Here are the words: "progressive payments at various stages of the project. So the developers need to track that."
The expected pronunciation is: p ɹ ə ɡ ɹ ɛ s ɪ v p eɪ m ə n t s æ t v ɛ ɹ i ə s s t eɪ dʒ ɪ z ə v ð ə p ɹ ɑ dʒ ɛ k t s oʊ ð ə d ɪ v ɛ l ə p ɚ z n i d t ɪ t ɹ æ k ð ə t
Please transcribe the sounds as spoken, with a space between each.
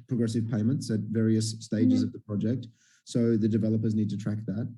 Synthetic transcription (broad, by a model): p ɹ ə ɡ ɹ ɛ s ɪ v p eɪ m ə n t s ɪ t v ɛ ɹ i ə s s t eɪ dʒ ɪ z ə v ð ə p ɹ ɑ dʒ ɛ k t s oʊ ð ə d ɪ v ɛ l ə p ɚ z n i d t ɪ t ɹ æ k ð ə t